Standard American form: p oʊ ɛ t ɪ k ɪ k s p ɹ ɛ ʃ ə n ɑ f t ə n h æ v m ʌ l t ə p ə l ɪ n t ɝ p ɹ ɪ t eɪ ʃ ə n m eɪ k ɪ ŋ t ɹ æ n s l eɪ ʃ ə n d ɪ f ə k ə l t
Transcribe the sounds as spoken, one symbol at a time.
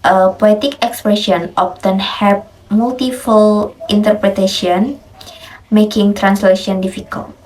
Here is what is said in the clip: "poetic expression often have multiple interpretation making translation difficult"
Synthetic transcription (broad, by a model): p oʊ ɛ t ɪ k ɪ k s p ɹ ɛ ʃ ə n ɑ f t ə n h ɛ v m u l t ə f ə l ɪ n t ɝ p ɹ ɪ t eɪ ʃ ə n m eɪ k ɪ ŋ t ɹ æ n s l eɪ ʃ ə n d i f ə k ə l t